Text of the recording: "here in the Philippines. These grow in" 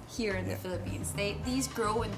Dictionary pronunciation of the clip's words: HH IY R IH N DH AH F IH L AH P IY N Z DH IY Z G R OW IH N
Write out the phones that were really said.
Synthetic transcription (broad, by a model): HH IY R IH N DH AH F IH L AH P IY N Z DH IY Z G R OW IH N